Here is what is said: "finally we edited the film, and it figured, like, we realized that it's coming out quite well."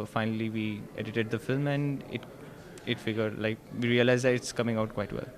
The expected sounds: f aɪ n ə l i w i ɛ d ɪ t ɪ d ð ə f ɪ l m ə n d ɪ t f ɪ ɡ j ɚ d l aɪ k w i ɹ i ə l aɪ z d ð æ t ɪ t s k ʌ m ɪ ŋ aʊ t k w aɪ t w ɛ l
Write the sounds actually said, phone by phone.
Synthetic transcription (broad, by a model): f aɪ n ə l i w i ɛ d ɪ t ɪ d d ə f ɪ l m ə n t ɪ t f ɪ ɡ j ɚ d l aɪ k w i ɹ i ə l aɪ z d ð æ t ɪ t s k ʌ m ɪ ŋ aʊ t k w aɪ t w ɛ l